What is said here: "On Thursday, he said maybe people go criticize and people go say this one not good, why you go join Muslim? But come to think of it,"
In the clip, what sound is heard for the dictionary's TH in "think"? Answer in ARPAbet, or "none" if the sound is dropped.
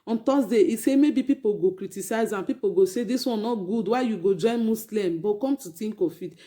T